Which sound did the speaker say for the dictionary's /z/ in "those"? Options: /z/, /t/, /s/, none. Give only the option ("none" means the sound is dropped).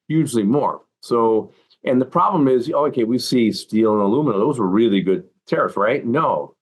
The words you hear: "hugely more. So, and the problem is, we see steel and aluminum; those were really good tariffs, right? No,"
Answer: /z/